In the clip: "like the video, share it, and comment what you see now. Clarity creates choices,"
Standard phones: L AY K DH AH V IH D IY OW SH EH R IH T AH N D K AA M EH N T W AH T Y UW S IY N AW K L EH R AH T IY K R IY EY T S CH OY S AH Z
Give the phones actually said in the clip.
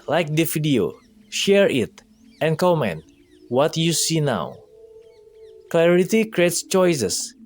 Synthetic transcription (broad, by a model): L AY K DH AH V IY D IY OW SH EH R IH T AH N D K AA M EH N T W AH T Y UW S IY N AW K L EH R AH T IY K R IY EY T S CH OY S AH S